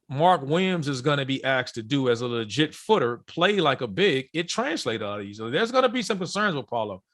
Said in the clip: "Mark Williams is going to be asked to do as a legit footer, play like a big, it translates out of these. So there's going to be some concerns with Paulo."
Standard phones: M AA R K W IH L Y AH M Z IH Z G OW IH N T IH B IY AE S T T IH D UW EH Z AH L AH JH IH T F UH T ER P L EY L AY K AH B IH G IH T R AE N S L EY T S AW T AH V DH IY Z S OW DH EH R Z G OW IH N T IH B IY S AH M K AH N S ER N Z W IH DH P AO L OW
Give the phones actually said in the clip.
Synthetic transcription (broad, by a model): M AA R K W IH M Z IH Z G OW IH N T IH B IY AE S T T IH D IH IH Z AH L AH JH IH T F UH T ER P L EY L AY K AH B IH G IH T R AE N S L EY T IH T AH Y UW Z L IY DH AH R Z G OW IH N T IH B IY S AH M K AH N S ER N Z W IH DH P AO L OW